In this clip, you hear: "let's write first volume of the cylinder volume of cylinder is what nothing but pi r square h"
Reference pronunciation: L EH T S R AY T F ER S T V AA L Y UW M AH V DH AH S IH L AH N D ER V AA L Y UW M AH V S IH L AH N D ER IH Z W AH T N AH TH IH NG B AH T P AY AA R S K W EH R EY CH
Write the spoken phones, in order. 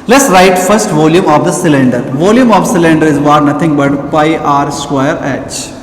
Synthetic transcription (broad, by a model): L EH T S R AY T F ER S T V AA L Y UW M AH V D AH S IH L AH N D ER V AA L Y UW M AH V S IH L AH N D ER IH Z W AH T N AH T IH NG B AH T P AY AA R S K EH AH R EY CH